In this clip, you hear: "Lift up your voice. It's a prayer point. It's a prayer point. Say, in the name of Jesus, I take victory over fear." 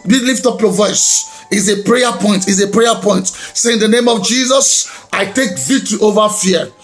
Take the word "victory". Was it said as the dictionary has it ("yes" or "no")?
no